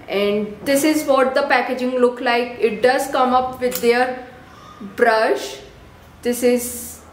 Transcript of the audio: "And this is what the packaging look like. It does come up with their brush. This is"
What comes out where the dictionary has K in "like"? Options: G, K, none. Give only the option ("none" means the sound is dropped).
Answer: K